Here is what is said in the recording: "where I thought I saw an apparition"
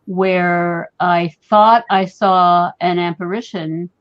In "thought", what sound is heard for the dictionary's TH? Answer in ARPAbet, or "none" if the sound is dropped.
TH